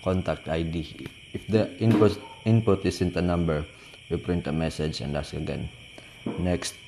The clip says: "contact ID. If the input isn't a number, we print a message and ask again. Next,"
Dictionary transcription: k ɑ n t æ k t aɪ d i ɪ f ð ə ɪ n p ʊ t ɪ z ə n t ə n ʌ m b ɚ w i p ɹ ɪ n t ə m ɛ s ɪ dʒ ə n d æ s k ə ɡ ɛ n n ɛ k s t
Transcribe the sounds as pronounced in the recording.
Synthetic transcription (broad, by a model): k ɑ n t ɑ k t aɪ d i ɪ f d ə ɪ n p ʊ t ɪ s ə n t ə n ʌ m b ɚ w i p ɹ ɪ n t ə m ɛ s ɪ dʒ ə n d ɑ s k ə ɡ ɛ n n ɛ k s t